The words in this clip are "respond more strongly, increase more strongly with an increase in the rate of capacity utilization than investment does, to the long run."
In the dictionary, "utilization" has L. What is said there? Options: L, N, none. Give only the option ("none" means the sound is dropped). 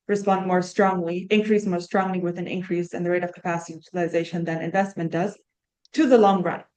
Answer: none